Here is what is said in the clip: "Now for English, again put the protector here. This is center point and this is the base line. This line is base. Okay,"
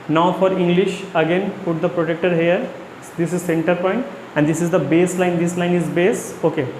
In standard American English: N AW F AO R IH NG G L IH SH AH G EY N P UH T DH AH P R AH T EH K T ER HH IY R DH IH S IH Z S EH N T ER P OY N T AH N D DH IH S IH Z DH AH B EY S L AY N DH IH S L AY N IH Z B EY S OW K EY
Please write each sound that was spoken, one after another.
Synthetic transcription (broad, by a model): N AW F AO R IH NG G L IH SH AH G EY N P UH T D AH P R AH T EH K T ER HH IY R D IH S IH Z S EH N T ER P OY N T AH N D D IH S IH Z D AH B EY S L AY N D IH S L AY N IH Z B EY S OW K EY